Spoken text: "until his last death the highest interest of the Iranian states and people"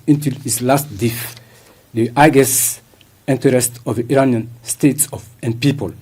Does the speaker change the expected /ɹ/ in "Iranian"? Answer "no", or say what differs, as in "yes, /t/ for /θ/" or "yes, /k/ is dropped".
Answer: no